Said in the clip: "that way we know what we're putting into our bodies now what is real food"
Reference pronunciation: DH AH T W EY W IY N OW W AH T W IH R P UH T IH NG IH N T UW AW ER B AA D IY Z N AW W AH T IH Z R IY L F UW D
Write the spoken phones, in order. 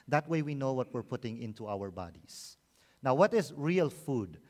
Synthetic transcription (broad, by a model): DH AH T W EY W IY N OW W AH T W IH R P UH T IH NG IH N T UW AW ER B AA D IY S N AW W AH T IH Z R IY L F UW D